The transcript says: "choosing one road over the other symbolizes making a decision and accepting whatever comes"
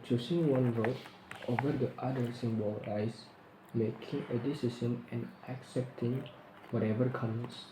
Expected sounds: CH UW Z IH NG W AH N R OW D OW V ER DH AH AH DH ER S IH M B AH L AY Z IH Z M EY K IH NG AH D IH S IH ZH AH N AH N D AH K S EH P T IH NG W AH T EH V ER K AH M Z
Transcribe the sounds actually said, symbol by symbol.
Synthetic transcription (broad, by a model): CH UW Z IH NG W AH N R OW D OW V ER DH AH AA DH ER S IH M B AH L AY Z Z M EY K IH NG AH D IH S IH SH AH N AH N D AH K S EH P T IH NG W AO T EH V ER K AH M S